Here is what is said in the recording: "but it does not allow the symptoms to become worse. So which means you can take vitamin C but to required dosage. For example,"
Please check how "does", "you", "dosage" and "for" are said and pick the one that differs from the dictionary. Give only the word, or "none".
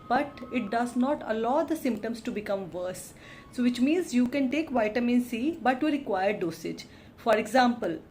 none